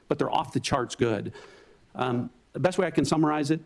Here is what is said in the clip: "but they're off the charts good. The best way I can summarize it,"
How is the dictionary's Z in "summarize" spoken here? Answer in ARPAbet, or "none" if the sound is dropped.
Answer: Z